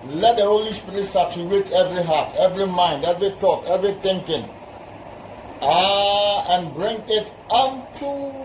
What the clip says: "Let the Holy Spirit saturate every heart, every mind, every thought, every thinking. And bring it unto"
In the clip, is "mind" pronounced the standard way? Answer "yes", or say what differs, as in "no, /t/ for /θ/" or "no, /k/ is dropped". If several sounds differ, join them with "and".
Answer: yes